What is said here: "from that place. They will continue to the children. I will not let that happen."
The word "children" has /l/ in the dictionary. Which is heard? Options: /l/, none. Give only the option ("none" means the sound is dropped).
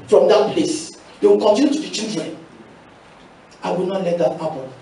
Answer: none